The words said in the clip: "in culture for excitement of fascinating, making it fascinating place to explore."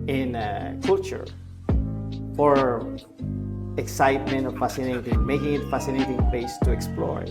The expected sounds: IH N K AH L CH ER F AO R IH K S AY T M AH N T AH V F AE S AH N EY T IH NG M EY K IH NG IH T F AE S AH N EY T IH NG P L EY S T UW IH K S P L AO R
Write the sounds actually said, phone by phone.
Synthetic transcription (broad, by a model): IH N K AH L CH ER F AO R IH K S AY T M AH N T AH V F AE S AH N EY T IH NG M EY K IH NG IH T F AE S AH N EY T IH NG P EY S T UW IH K S P L AO R